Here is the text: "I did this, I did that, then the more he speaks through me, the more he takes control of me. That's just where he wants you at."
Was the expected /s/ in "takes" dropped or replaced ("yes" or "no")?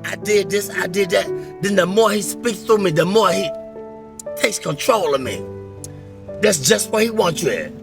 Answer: no